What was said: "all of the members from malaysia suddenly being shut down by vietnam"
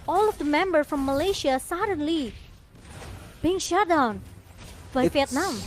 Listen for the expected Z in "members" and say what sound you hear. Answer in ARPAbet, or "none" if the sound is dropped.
none